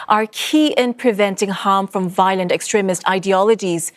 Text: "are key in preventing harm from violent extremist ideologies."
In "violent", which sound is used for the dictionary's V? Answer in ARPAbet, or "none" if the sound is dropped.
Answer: V